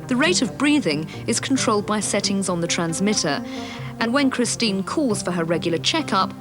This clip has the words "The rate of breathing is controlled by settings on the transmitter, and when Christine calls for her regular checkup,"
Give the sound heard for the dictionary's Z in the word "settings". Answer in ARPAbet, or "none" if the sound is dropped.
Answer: Z